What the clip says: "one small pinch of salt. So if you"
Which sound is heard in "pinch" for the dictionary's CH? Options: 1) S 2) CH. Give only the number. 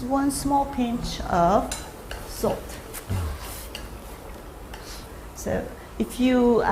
2